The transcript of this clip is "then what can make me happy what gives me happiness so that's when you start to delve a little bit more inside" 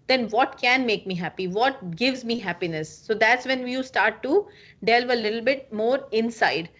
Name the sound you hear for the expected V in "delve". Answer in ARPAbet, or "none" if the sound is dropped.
V